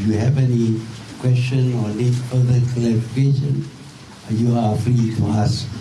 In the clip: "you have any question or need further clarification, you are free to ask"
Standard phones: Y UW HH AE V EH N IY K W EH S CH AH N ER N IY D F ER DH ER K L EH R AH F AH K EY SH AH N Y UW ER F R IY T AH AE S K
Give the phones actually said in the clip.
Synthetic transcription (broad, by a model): Y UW HH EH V EH N IY K W EH S CH AH N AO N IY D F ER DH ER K EH L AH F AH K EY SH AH N Y UW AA F R IY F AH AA S